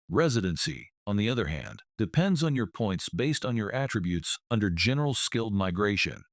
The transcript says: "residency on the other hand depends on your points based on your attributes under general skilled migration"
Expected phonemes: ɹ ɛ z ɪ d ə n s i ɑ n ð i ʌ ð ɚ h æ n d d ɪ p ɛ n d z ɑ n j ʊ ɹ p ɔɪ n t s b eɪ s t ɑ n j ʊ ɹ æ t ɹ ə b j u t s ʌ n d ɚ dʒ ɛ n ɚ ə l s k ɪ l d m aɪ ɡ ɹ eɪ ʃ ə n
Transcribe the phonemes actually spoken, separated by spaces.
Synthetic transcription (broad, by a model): ɹ ɛ z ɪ d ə n s i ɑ n ð i ʌ ð ɚ h æ n d d ɪ p ɛ n d z n j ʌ ɹ p ɔɪ n t s b eɪ s t n j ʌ ɹ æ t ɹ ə b j u t s ʌ n d ɚ dʒ ɛ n ɚ l s k ɪ l d m aɪ ɡ ɹ eɪ ʃ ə n